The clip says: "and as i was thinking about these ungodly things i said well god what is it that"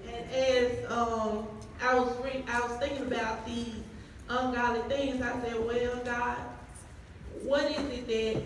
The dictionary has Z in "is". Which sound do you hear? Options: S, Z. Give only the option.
Z